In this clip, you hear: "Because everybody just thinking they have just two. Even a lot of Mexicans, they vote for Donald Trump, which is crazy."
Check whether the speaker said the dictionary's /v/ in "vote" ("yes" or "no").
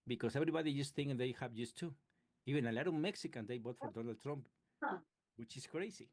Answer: no